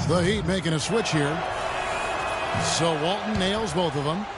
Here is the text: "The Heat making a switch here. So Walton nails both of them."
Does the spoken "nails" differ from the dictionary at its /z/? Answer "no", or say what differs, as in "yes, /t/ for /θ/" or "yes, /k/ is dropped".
no